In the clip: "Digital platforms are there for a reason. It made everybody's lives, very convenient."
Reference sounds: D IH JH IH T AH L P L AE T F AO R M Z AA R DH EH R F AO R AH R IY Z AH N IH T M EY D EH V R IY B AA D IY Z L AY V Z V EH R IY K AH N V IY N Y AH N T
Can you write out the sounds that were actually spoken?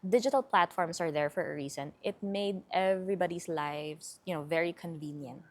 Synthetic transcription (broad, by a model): D IH JH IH T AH L P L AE T F AO R M S AA R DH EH R F AO R AH R IY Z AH N IH T M EY D EH V R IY B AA D IY S L AY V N V EH R IY K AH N V IY N Y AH N T